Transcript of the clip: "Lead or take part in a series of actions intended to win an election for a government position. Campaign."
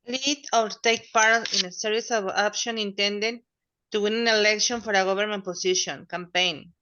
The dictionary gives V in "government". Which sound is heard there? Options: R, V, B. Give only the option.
B